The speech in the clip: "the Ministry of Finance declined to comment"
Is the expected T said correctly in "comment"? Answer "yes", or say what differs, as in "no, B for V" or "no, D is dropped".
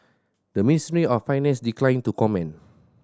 no, T is dropped